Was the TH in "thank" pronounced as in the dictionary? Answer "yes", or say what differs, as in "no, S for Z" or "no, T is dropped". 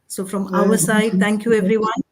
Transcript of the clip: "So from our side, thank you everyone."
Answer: yes